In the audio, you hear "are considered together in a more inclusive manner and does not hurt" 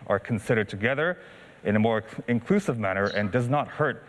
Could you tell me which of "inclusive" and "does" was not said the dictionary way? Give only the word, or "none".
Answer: none